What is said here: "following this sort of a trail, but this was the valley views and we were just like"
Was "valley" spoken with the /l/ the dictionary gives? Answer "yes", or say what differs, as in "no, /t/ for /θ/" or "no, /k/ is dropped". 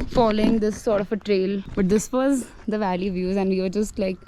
yes